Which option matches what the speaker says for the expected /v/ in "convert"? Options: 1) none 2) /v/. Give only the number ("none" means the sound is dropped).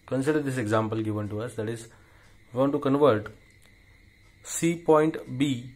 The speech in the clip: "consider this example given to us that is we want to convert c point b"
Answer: 2